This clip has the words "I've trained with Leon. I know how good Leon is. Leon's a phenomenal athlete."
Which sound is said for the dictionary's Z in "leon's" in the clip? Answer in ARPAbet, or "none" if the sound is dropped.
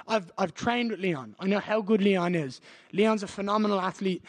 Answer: Z